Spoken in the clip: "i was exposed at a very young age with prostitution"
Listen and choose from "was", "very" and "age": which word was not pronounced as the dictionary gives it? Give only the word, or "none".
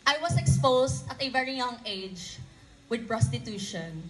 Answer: was